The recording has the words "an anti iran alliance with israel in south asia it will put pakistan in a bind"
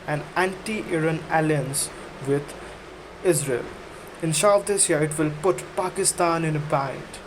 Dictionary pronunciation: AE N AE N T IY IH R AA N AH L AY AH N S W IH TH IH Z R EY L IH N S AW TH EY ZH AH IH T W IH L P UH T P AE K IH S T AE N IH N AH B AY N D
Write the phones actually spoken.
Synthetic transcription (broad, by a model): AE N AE N T IY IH R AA N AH L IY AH N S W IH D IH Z R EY L IH N SH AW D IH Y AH IH T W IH L P UH T P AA K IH S T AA N IH N AH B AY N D